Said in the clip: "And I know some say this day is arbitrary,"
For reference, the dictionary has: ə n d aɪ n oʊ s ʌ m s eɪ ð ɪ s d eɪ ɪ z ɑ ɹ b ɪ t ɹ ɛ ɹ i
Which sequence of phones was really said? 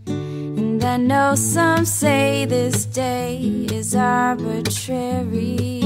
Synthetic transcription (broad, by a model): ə n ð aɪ n oʊ s ʌ m s eɪ ð ɪ s d eɪ ɪ z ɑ ɹ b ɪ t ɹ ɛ ɹ i